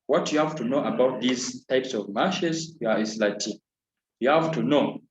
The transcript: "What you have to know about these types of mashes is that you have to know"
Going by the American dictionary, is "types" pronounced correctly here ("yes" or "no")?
yes